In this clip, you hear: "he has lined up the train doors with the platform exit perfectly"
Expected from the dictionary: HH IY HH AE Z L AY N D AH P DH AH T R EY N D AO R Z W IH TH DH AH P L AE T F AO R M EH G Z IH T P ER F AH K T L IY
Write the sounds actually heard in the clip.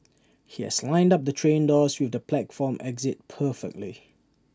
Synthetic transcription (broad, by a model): HH IY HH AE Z L AY N D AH P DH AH T R EY N D AO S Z W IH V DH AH P L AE T F AO M EH G Z IH T P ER F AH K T L IY